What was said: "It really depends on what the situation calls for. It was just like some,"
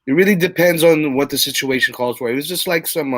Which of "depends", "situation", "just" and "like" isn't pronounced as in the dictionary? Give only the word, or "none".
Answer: none